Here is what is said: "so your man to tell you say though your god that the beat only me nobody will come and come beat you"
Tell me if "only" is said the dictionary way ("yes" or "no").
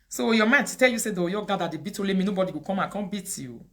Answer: no